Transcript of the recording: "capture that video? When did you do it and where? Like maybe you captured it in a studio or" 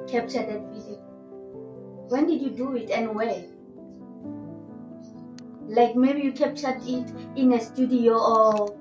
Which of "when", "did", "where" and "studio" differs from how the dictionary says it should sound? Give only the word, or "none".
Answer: where